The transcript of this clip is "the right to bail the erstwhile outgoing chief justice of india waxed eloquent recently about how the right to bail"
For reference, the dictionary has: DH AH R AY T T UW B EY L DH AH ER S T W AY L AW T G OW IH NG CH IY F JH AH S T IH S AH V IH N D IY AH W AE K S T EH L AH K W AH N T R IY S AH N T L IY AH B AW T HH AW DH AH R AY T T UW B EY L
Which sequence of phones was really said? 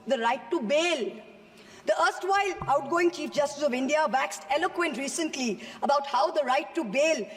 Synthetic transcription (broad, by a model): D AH R AY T T UW B EY L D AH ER S T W AY L AW T G OW IH NG CH IY F JH AH S T IH S AH V IH N D IY AH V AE K S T EH L AH K W AH N T R IY S AH N T L IY AH B AW T HH AW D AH R AY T T UW B EY L